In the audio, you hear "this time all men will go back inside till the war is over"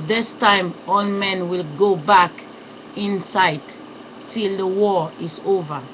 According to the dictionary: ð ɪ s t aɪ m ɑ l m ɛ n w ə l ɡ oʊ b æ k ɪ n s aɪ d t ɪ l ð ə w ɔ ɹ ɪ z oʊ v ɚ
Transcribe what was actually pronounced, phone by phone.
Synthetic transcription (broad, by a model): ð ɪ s t aɪ m ɑ l m ɛ n w ə l ɡ oʊ b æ k ɪ n s aɪ d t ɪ l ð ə w ɔ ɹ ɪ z oʊ v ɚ